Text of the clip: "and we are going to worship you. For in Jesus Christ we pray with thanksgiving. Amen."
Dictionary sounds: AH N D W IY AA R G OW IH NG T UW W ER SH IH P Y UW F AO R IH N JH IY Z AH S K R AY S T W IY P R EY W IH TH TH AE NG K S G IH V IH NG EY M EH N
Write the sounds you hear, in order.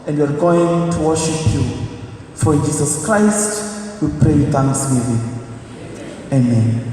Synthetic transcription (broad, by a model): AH N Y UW AA R G OW IH NG T UW W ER SH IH P Y UW F AO R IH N JH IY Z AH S K R AY S T W IY P R EY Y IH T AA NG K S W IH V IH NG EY M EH N